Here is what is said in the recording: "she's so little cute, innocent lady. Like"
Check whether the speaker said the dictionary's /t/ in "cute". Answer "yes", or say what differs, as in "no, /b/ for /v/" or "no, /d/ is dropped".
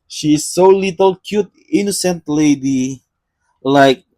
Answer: yes